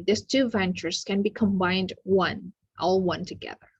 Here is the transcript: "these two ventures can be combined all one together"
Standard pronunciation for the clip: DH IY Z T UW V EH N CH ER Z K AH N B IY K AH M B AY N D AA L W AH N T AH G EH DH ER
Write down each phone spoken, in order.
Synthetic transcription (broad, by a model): DH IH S T UW V EH N CH ER Z K AH N B IY K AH M B AY N D AA L W AH N T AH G EH DH ER